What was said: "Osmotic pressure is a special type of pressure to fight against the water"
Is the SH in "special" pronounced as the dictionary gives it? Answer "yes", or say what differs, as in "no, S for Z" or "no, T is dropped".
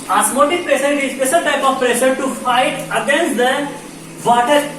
no, S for SH